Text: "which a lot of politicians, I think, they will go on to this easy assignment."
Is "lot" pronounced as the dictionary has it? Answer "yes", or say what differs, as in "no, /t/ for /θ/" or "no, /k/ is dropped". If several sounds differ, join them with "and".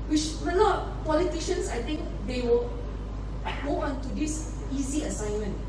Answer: no, /n/ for /l/